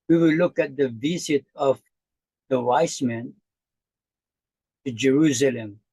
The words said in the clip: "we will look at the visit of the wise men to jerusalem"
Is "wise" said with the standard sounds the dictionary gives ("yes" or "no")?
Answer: no